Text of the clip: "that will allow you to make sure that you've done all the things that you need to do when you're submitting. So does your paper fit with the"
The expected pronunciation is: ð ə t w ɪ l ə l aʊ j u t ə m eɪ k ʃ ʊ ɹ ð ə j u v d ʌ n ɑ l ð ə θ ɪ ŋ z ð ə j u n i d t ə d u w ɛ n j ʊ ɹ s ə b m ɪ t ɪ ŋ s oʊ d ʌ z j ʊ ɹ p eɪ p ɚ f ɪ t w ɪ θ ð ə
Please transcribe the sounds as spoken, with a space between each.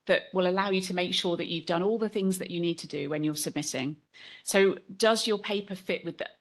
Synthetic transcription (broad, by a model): ð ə t w ɪ l ə l aʊ j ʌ t ə m eɪ k ʃ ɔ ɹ ð ə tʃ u v d ʌ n ɑ l ð ə θ ɪ ŋ z ð ə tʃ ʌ n i d t ə d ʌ w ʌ n j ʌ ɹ s ə b m ɪ t ɪ ŋ s oʊ d ʌ z j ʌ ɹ p eɪ p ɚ f ɪ t w ɪ ð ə